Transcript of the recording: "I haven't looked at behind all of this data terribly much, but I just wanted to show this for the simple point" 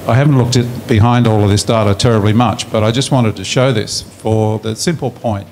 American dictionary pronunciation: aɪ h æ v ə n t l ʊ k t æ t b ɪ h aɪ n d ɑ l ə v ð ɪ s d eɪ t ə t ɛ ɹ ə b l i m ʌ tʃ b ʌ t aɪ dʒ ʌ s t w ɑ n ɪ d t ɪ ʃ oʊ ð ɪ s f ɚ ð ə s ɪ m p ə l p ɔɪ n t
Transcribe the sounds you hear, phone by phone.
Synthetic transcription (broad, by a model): aɪ h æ v n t l ʊ k t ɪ t b ɪ h aɪ n d ɑ l ə v ð ɪ s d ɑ t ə t ɛ ɹ ə b l i m ʌ tʃ b ʌ t aɪ dʒ ʌ s t w ɑ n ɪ d t ɪ ʃ oʊ ð ɪ s f ɚ ð ə s ɪ m p l p ɔɪ n t